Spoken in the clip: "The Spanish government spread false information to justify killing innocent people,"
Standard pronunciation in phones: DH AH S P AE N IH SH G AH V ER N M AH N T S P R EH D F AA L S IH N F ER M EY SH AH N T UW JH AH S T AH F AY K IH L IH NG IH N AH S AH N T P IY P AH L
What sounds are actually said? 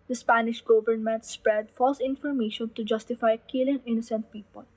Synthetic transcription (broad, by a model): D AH S P AE N IH SH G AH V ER N M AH N T S P R EH D F AA L S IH N F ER M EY SH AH N T UW JH AH S T AH F AY K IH L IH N IH N AH S AH N T P IY P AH L